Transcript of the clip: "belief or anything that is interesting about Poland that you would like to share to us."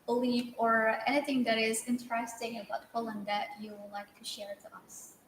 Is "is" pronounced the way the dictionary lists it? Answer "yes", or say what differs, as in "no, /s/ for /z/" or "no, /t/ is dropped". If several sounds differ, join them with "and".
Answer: yes